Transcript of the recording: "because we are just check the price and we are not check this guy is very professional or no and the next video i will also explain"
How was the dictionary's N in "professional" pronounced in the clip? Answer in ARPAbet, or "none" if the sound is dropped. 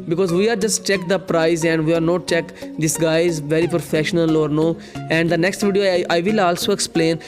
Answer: N